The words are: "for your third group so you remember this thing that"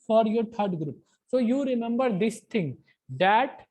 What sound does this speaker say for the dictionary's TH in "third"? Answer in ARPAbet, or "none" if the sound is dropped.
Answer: T